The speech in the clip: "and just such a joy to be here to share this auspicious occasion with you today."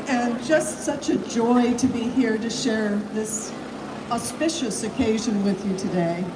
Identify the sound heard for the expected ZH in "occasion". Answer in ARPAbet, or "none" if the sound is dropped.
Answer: ZH